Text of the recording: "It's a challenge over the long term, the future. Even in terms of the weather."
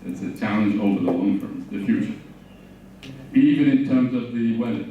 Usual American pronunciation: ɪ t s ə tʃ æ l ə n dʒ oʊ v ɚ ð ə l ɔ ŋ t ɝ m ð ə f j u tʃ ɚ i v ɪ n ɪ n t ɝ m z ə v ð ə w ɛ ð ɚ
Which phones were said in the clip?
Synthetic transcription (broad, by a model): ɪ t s ə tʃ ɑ ə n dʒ oʊ v ɚ ð ə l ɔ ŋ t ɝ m ð ə f j u tʃ ɚ i v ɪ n ɪ n t ɝ m z ə v ð ə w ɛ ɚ